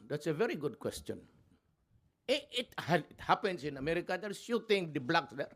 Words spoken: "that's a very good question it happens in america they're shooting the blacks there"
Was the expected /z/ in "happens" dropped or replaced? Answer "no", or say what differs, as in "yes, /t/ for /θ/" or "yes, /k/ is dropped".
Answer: yes, /s/ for /z/